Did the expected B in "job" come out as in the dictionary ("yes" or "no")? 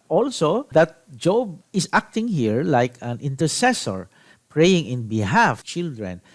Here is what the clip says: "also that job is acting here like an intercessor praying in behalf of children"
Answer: yes